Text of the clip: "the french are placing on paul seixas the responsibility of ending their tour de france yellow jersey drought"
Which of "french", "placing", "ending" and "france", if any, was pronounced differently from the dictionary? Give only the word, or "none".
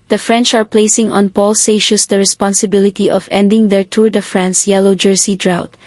none